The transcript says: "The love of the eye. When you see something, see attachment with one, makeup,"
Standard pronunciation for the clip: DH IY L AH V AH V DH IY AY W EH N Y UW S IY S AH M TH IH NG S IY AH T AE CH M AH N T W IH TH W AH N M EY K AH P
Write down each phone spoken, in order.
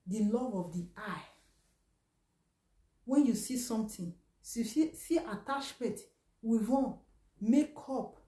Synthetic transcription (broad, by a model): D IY L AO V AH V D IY AY W EH N Y UW S IY S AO M T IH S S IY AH T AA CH M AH N T W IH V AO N M EY K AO P